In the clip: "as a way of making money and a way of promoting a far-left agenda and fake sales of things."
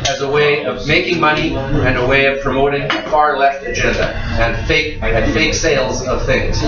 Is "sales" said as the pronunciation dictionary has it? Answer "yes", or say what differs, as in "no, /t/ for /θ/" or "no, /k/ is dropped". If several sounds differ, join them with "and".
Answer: yes